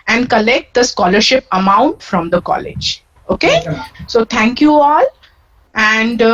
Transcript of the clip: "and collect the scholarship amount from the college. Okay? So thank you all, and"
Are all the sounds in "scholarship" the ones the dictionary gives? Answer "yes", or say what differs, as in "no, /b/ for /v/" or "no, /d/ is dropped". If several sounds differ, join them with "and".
yes